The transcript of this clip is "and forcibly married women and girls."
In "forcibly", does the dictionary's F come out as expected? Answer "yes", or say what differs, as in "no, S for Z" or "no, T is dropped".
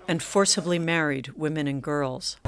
yes